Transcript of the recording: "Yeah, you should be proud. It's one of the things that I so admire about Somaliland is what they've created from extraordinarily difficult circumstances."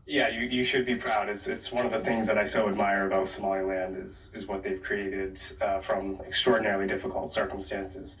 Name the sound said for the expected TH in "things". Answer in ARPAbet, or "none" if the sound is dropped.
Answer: TH